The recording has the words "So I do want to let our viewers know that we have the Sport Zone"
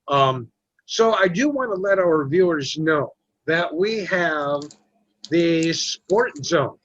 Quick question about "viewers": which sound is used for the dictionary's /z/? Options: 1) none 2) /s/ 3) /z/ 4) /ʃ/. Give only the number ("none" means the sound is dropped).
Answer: 3